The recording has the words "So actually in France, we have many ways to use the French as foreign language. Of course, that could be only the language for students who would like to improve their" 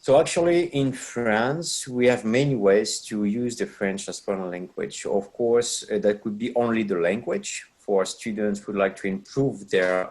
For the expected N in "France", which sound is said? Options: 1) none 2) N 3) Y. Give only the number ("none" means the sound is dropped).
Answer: 2